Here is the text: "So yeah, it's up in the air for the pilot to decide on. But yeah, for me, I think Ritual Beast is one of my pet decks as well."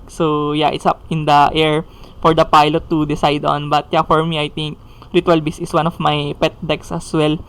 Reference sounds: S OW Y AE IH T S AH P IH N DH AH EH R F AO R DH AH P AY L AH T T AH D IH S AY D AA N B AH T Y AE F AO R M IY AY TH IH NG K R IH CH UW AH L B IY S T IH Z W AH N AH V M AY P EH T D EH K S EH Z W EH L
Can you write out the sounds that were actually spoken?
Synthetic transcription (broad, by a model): S OW Y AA IH T S AH P IH N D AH EH R F AO R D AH P AY L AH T T AH D IH S AY D AA N B AH T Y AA F AO R M IY AY T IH NG K R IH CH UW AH L B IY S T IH S W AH N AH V M AY P EH T D EH K S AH S W EH L